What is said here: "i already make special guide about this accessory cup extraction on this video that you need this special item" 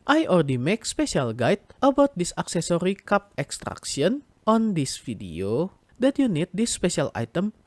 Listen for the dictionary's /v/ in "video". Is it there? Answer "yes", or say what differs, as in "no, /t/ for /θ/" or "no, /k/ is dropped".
no, /f/ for /v/